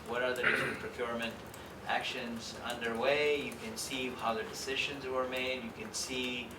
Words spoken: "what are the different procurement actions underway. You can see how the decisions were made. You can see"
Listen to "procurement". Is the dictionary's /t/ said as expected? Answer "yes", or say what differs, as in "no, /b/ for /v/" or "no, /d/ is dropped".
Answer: yes